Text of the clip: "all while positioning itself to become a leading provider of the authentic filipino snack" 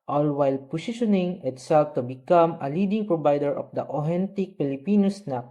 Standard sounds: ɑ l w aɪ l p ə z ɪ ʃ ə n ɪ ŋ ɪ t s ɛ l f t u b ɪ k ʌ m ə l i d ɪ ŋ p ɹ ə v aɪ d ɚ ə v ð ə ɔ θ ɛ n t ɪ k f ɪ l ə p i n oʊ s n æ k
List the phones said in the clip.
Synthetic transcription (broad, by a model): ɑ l w aɪ l p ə s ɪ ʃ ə n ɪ ŋ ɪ t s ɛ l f t u b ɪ k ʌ m ə l i d ɪ ŋ p ɹ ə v aɪ d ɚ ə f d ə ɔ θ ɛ n t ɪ k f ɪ l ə p i n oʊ s n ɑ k